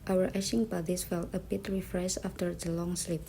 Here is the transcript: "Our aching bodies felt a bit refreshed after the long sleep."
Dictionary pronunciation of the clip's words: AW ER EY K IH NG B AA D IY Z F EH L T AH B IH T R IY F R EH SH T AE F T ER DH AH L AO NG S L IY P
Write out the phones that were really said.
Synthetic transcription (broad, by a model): AW ER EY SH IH NG B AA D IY S F EH L T AH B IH T R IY F R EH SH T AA F T ER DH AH L AO NG S L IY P